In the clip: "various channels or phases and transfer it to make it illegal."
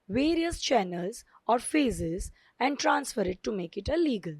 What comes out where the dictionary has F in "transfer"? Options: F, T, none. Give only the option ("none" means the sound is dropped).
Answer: F